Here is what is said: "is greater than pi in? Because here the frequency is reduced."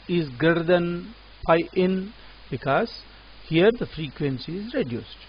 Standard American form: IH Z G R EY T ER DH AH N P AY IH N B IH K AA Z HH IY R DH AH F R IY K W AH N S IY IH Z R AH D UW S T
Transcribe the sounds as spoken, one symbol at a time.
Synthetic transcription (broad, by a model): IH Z G EY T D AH N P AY IH N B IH K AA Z HH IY R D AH F R IY K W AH N S IY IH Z R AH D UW S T